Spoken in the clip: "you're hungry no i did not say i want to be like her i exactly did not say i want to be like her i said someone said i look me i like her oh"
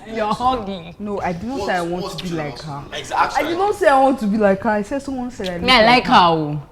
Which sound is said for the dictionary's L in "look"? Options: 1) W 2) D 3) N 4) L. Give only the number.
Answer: 3